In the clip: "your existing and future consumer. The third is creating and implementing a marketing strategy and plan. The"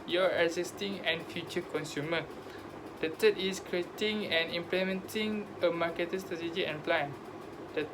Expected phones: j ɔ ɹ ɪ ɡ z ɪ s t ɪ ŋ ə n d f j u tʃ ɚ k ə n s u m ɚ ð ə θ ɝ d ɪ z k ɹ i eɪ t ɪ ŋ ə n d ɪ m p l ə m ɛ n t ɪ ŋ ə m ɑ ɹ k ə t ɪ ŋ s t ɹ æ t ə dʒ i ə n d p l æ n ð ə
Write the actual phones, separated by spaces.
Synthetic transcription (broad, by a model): j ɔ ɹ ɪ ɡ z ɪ s t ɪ ŋ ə n f j u tʃ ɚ k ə n s u m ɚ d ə t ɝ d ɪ s k ɹ i eɪ t ɪ ŋ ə n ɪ m p l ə m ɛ n t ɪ ŋ ə m ɑ k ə t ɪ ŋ s t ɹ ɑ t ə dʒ i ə n p l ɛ n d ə